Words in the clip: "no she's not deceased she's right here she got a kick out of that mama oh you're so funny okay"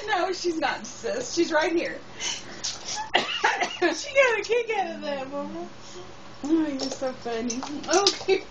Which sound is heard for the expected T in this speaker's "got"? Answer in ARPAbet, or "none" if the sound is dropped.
none